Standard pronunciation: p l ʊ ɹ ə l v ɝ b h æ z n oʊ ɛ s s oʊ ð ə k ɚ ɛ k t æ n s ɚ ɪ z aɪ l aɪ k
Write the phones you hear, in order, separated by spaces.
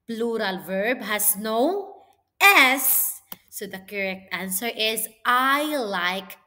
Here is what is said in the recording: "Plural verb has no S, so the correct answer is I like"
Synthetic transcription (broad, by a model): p l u ɹ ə l v ɝ b h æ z n oʊ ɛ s s oʊ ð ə k ɚ ɛ k t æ n s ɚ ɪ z aɪ l aɪ k